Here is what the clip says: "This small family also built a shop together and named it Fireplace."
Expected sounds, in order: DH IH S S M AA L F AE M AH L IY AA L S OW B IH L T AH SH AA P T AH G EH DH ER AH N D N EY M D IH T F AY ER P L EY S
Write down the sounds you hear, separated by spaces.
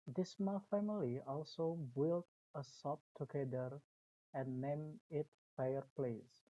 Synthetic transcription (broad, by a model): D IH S S M AA L F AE M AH L IY AA L S OW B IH L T AH S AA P T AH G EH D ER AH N N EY M IH T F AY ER P L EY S